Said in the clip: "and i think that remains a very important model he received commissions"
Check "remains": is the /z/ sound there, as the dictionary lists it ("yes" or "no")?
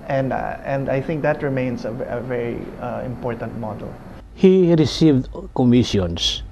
no